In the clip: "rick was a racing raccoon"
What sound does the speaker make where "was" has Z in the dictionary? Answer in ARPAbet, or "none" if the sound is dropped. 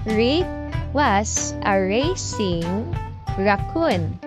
S